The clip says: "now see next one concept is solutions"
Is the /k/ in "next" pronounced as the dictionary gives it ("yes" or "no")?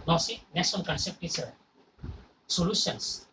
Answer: no